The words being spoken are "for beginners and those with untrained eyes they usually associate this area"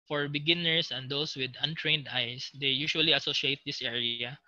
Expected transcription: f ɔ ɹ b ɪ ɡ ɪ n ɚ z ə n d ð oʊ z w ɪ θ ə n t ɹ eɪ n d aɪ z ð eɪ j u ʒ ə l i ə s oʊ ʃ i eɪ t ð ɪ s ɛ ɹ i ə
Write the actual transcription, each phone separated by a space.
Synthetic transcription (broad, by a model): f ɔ ɹ b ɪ ɡ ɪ n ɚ s ə n d oʊ s w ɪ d ə n t ɹ eɪ n d aɪ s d eɪ j u ʃ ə l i ə s oʊ ʃ i eɪ t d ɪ s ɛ ɹ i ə